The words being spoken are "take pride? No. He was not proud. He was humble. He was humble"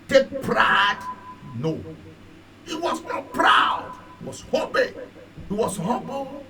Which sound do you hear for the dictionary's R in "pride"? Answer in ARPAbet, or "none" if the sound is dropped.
R